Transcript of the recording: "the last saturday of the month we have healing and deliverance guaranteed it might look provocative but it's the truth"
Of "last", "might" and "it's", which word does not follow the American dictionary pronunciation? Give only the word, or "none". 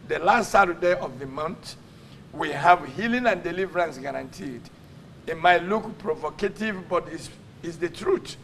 it's